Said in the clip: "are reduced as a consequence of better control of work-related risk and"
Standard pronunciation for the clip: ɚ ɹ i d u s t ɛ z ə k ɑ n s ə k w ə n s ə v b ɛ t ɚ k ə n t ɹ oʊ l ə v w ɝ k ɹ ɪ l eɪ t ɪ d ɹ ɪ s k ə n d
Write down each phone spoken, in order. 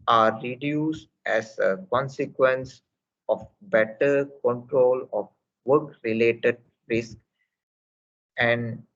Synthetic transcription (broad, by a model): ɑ ɹ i d u s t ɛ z ə k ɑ n s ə k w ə n s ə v b ɛ t ɚ k ə n t ɹ oʊ l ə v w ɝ k ɹ ɪ l eɪ t ɪ d ɹ ɪ s k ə n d